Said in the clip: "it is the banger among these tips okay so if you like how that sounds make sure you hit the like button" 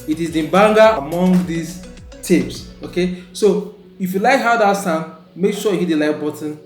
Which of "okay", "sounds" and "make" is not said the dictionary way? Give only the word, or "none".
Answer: sounds